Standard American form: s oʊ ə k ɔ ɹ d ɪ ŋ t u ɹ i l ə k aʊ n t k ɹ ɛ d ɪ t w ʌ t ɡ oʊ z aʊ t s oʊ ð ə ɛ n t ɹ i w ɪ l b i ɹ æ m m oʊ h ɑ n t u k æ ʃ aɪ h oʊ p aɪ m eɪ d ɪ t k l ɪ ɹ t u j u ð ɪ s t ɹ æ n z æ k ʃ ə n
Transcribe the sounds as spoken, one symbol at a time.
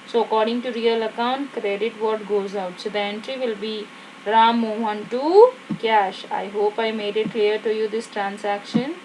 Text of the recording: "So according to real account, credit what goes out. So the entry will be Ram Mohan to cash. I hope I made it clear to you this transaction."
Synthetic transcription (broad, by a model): s oʊ ə k ɔ ɹ d ɪ ŋ t u ɹ i l ə k aʊ n t k ɹ ɛ d ɪ t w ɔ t ɡ oʊ z aʊ t s oʊ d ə ɛ n t ɹ i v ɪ l b i ɹ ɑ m m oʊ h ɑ n t u k æ ʃ aɪ h oʊ p aɪ m eɪ d ɪ t k l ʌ ɹ t u j u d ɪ s t ɹ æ n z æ k ʃ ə n